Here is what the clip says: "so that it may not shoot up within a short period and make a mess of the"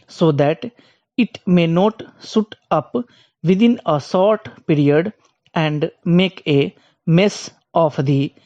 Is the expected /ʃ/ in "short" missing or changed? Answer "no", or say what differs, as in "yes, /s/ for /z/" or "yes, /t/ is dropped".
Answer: yes, /s/ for /ʃ/